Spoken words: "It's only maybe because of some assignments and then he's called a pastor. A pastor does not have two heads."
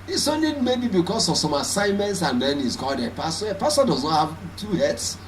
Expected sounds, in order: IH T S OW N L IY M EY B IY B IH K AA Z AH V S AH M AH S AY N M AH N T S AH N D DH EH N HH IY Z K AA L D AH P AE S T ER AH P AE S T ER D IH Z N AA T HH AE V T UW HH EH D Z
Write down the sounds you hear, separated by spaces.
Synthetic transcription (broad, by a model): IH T S OW N L IY M EY B IY B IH K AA S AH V S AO M AH S AY N M AH N T S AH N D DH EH N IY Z K AA L D AH P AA S T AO AH P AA S T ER D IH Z N AA T HH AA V T UW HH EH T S